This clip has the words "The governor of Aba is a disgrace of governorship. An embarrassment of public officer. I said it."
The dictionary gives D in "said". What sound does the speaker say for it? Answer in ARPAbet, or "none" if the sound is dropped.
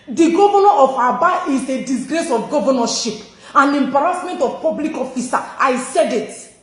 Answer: D